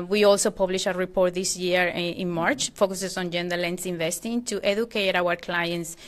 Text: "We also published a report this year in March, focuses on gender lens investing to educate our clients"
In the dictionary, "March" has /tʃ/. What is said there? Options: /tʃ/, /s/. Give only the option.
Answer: /tʃ/